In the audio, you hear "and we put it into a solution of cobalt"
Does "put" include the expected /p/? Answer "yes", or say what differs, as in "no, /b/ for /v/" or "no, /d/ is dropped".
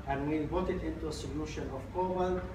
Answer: no, /b/ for /p/